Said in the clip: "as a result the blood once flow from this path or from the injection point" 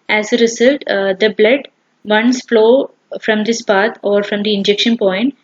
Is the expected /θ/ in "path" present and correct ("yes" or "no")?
no